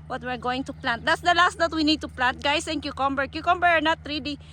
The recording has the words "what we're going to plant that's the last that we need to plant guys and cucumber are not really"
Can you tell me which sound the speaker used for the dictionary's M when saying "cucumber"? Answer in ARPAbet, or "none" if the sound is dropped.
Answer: M